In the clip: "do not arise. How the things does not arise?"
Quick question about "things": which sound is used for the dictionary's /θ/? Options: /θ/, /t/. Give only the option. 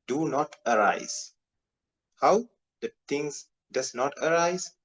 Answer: /t/